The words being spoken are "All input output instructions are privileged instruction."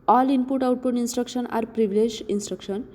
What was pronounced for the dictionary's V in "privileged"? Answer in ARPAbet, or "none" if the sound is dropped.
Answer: B